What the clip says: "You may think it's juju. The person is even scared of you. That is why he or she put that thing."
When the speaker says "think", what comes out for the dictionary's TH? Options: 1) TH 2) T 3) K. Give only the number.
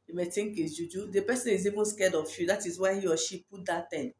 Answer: 2